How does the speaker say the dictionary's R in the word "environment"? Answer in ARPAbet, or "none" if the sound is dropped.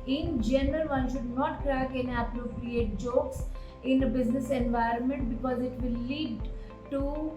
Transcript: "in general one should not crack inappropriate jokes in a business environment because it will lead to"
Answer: R